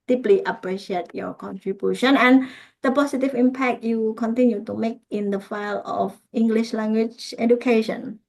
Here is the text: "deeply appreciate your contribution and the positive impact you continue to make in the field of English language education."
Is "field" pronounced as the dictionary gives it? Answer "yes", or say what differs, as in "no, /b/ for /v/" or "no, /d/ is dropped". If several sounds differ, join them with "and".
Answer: no, /d/ is dropped